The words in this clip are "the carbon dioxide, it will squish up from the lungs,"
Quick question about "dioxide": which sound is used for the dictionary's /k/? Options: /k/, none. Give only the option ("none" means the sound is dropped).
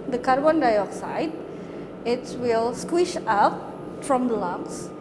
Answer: /k/